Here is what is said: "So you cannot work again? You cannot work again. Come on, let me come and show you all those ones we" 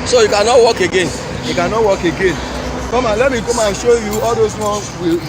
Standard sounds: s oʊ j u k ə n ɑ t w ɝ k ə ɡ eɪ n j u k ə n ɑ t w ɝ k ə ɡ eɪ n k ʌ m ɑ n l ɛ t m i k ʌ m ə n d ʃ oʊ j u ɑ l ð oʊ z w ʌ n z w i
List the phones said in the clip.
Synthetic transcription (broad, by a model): s oʊ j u k ə n ɑ t w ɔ k ə ɡ eɪ n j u k ə n ɑ t w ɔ k ə ɡ eɪ n k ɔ m ɑ n l ɛ t m i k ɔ m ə ʃ oʊ j u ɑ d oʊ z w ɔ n w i